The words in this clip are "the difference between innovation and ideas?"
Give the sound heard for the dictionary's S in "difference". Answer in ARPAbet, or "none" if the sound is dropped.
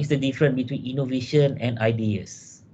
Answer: none